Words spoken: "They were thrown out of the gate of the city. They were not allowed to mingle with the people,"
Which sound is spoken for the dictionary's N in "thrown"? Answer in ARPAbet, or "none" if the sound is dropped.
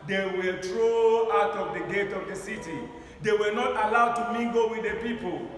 none